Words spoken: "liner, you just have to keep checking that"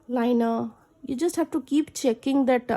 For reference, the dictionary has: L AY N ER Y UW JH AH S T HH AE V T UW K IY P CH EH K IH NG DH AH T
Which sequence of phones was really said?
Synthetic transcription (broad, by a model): L AY N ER Y UW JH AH S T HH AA P T UW K IY P CH EH K IH NG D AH T